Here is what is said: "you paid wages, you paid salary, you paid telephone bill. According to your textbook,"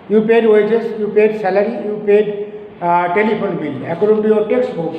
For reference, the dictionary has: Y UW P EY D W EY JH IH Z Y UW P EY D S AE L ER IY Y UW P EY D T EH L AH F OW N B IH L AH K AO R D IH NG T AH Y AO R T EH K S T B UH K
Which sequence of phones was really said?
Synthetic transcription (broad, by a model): Y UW P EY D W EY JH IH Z Y UW P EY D S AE L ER IY Y UW P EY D T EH L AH P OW N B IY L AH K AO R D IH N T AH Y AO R T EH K S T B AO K